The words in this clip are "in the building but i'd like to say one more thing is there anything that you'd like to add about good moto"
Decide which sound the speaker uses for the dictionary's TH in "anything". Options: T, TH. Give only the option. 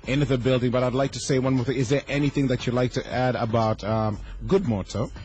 TH